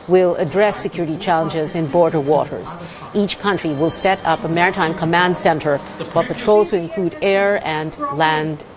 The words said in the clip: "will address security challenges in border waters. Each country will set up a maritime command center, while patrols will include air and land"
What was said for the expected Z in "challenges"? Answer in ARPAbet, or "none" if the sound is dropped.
Z